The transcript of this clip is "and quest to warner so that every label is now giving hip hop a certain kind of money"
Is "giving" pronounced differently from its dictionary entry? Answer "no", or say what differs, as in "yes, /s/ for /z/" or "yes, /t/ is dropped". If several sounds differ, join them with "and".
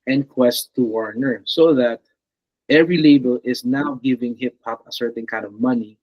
no